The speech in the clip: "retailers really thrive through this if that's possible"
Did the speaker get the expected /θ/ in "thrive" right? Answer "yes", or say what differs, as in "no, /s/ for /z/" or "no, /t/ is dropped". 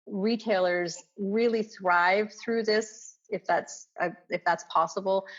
yes